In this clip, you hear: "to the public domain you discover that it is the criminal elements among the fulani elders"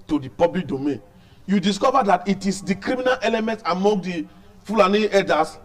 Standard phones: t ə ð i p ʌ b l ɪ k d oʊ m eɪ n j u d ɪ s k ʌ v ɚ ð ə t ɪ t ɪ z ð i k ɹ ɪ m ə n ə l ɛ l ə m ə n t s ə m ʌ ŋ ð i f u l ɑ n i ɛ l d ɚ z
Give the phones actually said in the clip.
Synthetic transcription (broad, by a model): t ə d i p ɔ b l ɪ k d oʊ m eɪ n j u d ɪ s k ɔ v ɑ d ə t ɪ t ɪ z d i k ɹ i m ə n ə l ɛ l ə m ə n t ə m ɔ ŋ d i f u l ɑ n i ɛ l d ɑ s